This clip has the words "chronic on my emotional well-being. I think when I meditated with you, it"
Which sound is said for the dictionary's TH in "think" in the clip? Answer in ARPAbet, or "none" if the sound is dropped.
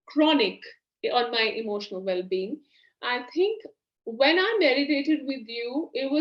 T